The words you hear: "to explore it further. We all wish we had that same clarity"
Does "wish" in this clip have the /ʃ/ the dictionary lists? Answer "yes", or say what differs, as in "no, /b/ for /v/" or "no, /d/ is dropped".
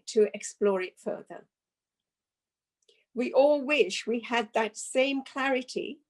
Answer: yes